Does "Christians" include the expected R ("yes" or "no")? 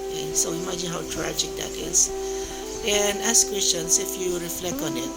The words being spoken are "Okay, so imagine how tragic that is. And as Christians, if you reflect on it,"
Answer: no